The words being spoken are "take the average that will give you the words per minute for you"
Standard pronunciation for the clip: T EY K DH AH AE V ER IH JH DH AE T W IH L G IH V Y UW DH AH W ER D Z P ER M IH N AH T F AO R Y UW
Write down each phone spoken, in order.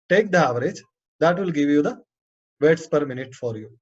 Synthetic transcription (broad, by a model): T EY K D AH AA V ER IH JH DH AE T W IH L G IH V Y UW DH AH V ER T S P ER M IH N AH T F AO R Y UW